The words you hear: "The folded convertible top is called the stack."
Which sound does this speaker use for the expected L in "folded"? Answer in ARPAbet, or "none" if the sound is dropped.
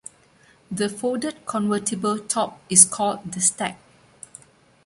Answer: none